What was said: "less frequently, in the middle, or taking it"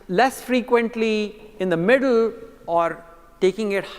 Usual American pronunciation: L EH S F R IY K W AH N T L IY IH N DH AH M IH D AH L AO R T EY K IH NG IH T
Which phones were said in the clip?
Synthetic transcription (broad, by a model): L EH S F R IY K W AH N T L IY IH N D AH M IH D AH L AO R T EY K IH NG IH T